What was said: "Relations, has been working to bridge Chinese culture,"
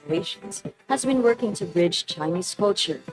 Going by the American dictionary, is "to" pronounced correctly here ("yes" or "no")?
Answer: yes